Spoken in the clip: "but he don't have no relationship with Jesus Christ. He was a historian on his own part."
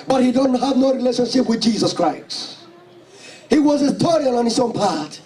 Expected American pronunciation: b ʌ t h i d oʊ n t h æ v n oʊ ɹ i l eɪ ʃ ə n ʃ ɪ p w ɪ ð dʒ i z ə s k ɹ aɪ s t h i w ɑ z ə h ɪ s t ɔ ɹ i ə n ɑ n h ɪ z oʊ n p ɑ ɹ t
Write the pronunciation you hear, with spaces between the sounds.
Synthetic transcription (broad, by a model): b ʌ t h i d oʊ n t h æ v n oʊ ɹ i l eɪ ʃ ə n ʃ ɪ p w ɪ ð dʒ i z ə s k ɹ aɪ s h i w ɑ z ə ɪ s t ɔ ɹ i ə l ɑ n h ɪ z oʊ n p ɑ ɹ t